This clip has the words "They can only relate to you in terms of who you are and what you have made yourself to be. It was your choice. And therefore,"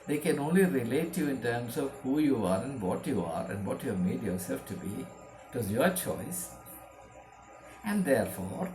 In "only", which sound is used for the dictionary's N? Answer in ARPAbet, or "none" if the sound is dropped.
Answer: N